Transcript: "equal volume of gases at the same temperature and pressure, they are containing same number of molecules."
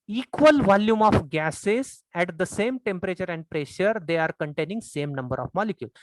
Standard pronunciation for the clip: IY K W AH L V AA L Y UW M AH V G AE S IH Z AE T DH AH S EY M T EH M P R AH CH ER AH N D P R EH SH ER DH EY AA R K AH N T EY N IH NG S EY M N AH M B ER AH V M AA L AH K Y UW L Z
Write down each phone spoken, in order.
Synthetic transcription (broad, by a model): IY K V AH L V AA L Y UW M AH F G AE S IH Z AE T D AH S EY M T EH M P R AH CH ER AH N D P R EH SH ER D EY AA R K AH N T EY N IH NG S EY M N AH M B ER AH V M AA L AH K Y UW L